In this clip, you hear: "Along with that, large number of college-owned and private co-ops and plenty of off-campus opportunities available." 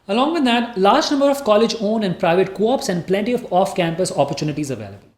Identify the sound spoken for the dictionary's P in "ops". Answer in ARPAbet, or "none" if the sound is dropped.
P